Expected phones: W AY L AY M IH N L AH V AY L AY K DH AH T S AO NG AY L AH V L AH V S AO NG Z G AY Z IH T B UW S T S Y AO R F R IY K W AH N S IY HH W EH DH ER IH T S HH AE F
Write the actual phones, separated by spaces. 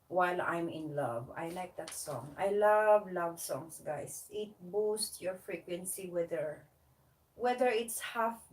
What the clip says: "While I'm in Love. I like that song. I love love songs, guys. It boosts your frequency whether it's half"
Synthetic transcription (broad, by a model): W AY L AY M IH N L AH V AY L AY K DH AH T S AO NG AY L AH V L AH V S AO NG S G AY S IH T B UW S T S Y AO R F R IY K W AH N S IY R W EH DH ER IH T S HH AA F